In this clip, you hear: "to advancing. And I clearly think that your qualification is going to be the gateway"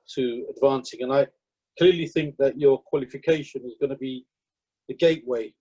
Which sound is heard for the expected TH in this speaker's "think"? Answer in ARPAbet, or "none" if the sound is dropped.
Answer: TH